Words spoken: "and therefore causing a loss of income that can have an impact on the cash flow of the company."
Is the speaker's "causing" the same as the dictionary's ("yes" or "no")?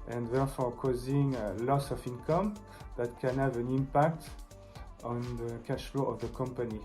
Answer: yes